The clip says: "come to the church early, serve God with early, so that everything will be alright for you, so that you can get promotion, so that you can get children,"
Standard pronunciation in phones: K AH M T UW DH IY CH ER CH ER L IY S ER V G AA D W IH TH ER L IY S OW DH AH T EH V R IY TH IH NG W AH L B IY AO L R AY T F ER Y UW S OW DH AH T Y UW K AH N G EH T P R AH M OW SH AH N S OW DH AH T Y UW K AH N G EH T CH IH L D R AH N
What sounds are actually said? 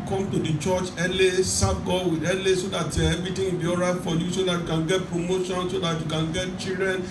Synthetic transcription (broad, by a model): K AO M T UW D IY CH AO CH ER L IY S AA B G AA W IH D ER L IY S OW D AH T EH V R IY T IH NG B IY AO R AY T F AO Y UW S OW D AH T Y UW K AH N G EH T P R AH M OW SH AH N S OW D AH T Y UW K AH N G EH T CH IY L D R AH N